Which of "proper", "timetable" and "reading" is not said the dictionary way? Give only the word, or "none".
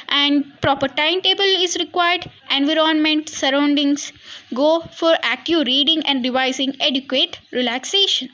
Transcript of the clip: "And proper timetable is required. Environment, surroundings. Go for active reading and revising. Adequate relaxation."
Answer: none